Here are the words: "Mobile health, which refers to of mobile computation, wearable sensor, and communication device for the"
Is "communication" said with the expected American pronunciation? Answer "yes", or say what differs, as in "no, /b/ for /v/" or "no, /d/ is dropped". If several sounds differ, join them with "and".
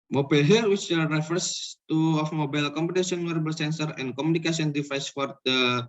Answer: no, /s/ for /ʃ/